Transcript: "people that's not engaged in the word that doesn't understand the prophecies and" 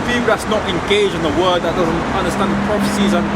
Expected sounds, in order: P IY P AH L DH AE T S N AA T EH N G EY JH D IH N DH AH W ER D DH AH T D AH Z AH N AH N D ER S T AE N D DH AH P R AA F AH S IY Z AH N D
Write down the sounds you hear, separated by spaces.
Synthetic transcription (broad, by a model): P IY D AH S N AA T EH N G EY JH IH N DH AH W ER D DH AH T D AH Z AH N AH N D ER S T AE N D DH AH P R AA F AH S IY Z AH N